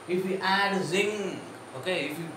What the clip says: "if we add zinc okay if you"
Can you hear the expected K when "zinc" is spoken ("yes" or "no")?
no